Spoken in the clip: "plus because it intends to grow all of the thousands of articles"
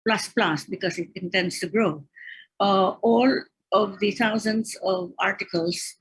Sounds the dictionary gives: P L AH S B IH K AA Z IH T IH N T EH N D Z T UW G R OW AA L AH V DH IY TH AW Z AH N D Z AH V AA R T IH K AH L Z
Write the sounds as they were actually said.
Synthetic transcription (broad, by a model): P L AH S B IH K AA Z IH T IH N T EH N D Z T UW G R OW AA L AH V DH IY T AW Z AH N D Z AH V AA R T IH K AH L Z